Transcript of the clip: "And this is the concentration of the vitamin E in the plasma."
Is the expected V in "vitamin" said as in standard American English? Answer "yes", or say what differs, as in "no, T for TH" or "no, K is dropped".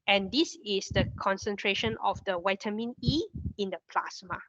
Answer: no, W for V